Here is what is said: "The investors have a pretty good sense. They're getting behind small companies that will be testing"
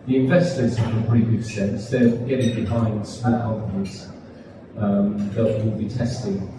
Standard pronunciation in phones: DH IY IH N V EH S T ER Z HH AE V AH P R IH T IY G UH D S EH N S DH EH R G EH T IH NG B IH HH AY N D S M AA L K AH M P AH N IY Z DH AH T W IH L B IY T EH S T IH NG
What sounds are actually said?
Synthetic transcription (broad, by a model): DH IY IH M V EH S T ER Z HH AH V AH P R IH T IY G UH D S EH N S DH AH G EH T IH NG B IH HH AY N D S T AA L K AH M AH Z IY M DH AH T W IH L B IY T EH S T IH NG